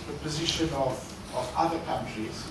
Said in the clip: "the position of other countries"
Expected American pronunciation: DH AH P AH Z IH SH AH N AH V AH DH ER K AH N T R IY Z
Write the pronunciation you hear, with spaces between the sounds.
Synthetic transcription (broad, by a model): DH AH P AH Z IH SH AH N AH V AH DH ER K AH N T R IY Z